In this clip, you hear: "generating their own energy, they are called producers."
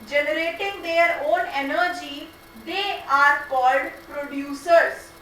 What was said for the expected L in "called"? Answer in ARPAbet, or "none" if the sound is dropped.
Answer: L